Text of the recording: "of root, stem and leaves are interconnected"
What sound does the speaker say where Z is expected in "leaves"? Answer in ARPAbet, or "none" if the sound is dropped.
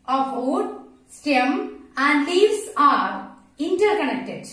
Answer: S